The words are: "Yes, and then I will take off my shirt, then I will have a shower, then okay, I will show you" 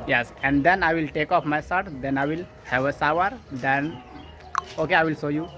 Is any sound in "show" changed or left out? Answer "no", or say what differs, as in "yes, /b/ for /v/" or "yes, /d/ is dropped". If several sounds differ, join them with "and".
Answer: yes, /s/ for /ʃ/